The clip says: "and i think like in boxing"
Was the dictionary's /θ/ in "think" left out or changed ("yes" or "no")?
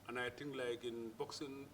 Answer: yes